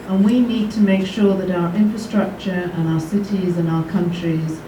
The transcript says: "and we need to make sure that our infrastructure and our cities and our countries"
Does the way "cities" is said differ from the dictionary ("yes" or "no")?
no